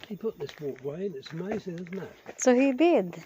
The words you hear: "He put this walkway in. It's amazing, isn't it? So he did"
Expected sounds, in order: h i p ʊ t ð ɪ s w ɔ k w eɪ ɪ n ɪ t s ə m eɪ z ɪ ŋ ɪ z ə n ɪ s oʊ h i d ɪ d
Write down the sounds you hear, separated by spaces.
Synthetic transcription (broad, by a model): h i p ʊ t ð ɪ s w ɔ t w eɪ ɪ n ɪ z ə m eɪ z ɪ ŋ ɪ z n ɪ s oʊ h i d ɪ d